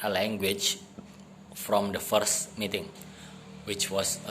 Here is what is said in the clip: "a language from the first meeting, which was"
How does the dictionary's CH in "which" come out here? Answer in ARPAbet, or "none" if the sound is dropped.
CH